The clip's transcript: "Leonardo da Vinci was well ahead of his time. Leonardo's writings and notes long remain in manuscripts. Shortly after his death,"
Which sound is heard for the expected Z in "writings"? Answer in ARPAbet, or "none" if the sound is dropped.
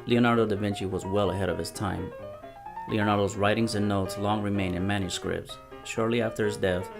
Z